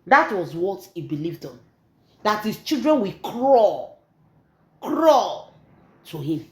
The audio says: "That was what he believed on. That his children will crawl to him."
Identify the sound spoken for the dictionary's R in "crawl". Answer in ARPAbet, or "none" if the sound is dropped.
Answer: R